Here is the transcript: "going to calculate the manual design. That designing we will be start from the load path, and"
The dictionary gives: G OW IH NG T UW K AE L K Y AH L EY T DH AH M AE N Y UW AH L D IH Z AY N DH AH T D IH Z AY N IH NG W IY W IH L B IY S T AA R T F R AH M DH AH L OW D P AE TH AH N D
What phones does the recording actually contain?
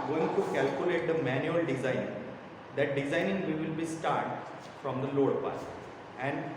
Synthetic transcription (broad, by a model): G OW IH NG T UW K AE L K Y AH L EY T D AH M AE N Y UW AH L D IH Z AY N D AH T D IH Z AY N IH NG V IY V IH L B IY S T AA R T F R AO M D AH L OW D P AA S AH N D